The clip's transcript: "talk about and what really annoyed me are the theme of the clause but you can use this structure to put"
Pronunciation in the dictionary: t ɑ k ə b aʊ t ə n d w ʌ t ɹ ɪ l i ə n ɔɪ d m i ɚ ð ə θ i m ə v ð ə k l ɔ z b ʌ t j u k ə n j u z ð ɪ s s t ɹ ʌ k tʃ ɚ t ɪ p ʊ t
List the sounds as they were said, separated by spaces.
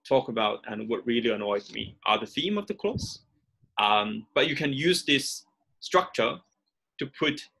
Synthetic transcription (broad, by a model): t ɑ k ə b aʊ t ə n w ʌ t ɹ ɪ l i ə n ɔɪ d m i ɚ ð ə θ i m ə v ð ə k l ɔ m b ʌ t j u k ə n j u z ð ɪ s s t ɹ ʌ k tʃ ɚ t ɪ p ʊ t